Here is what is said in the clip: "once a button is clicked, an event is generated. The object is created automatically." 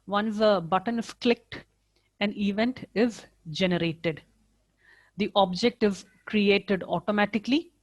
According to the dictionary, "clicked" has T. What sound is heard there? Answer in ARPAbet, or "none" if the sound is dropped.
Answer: T